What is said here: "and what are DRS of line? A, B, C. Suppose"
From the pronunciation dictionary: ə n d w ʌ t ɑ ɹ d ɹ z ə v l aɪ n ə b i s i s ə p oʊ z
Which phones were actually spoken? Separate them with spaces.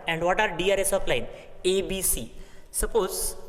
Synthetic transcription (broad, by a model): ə n d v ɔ t ɑ ɹ d ɹ s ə p l aɪ n ə b i s i s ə p oʊ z